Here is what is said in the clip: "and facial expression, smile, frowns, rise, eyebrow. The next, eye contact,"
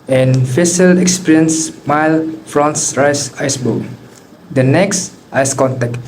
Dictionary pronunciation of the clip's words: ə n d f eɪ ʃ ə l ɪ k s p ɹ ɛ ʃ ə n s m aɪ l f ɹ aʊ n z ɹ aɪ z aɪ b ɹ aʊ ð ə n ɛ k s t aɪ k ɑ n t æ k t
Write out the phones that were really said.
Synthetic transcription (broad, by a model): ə n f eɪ s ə l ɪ k s p ɹ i ə n s m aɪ l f ɹ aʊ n s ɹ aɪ s aɪ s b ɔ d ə n ɛ k s t aɪ k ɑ n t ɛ k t